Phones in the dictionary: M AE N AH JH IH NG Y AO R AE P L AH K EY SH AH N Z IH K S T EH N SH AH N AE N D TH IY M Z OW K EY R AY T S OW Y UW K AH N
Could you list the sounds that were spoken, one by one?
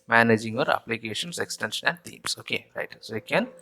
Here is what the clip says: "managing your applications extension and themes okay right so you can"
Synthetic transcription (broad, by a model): M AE N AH JH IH NG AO R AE P L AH K EY SH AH N S IH K S T EH N SH AH N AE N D T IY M S OW K EY R AY T S OW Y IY K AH N